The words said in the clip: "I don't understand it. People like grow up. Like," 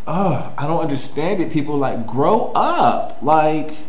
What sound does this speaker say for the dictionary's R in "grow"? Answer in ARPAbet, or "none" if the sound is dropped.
R